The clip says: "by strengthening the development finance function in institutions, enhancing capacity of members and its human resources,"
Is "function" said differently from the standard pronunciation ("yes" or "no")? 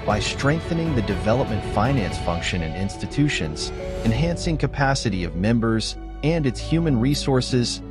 no